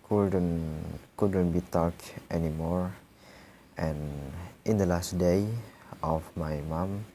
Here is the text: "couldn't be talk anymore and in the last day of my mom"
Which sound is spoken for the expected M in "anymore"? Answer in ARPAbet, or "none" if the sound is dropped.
M